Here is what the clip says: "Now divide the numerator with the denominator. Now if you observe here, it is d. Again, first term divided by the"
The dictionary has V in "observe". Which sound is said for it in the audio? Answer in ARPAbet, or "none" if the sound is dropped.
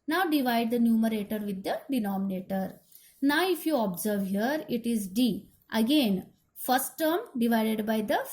V